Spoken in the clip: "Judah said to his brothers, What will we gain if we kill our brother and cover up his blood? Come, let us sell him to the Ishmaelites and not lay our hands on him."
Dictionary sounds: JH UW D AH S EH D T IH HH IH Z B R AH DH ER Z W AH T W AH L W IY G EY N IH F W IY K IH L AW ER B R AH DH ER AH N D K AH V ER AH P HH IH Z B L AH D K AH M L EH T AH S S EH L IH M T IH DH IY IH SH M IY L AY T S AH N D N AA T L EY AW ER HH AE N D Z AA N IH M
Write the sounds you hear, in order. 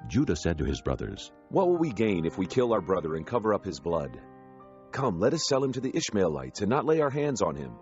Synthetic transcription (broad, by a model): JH UW D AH S EH D T IH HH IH Z B R AH DH ER Z W AH T W AH L W IY G EY N IH F W IY K IH L AW ER B R AH DH ER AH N K AH V ER AH P HH IH Z B L AH D K AH M L EH T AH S S EH L IH M T IH DH IY IH SH M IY L AY T S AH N N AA T L EY AW ER HH AE N D Z N IH M